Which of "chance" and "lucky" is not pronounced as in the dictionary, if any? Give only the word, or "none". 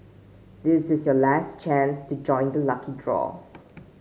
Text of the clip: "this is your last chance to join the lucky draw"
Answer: none